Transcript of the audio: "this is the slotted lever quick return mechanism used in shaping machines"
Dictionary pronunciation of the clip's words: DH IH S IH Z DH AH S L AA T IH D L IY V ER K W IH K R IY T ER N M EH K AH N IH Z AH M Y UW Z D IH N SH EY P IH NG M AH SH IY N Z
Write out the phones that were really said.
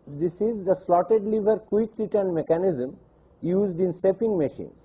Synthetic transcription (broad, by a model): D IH S IH Z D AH S L AA T IH D L IY V ER K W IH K R IY T ER N M EH K AH N IH Z AH M Y UW Z D IH N S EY P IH NG M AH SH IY N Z